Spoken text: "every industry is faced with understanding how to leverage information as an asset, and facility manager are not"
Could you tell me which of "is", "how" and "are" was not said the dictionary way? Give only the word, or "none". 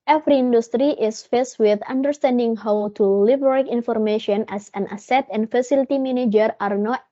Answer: is